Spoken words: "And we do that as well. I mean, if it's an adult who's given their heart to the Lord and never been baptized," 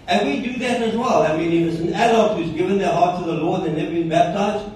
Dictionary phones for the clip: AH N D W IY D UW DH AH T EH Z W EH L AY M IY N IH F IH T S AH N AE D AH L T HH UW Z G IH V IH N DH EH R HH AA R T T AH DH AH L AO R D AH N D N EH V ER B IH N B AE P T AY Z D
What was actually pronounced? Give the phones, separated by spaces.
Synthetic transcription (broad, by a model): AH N W IY D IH DH AH T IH Z W EH L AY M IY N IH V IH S AH N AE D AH T HH UW Z G IH V IH N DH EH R HH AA R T T AH DH AH L AO R D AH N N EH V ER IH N B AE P T AY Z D